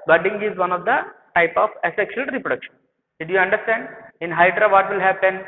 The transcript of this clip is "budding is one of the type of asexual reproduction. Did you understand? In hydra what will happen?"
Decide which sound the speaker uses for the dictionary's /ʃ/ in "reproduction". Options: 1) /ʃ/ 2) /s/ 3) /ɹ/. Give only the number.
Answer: 1